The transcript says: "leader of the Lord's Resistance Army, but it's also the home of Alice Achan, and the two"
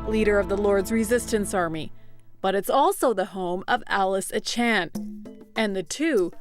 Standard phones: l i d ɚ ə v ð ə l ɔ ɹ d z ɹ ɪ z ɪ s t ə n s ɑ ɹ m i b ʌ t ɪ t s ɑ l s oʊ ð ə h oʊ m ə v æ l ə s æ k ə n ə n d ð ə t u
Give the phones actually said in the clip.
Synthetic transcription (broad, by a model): l i d ɚ ə v ð ə l ɔ ɹ d z ɹ ɪ z ɪ s t ə n s ɑ ɹ m i b ʌ t ɪ t s ɑ l s oʊ ð ə h oʊ m ə v æ l ə s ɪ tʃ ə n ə n ð ə t u